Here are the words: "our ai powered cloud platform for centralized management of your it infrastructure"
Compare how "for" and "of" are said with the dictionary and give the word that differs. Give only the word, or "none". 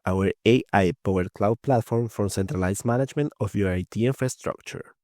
of